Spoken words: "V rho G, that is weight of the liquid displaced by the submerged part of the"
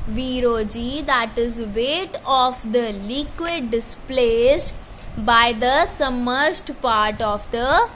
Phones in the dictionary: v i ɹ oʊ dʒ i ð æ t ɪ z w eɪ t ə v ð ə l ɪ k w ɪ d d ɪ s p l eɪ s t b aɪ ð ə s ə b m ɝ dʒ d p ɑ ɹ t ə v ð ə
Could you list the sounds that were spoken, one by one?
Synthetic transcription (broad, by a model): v i ɹ oʊ dʒ i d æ t ɪ z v eɪ t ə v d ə l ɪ k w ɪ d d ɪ s p l eɪ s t b aɪ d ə s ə m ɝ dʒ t p ɑ ɹ t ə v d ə